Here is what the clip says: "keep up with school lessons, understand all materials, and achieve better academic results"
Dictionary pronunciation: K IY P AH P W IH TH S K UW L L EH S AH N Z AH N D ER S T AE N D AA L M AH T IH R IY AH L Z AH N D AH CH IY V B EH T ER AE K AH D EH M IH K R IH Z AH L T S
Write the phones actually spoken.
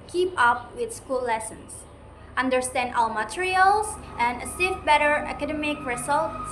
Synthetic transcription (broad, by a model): K IY P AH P W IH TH S K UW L L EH S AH N S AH N D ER S T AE N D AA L M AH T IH R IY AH L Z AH N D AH S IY F B EH T ER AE K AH D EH M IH K R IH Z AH L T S